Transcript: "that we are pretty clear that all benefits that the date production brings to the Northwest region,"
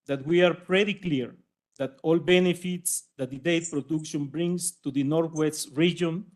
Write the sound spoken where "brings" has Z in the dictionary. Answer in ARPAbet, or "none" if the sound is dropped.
S